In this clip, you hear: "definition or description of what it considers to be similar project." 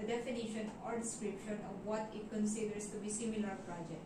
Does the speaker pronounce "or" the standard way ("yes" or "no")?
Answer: yes